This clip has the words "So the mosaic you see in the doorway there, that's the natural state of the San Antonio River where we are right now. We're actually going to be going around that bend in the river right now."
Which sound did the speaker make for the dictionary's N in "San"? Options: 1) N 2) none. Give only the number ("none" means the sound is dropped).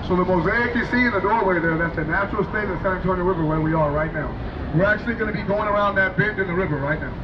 2